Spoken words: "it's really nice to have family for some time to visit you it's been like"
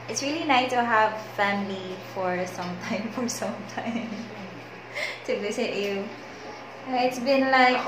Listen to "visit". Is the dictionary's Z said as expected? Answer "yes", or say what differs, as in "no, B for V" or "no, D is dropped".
no, S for Z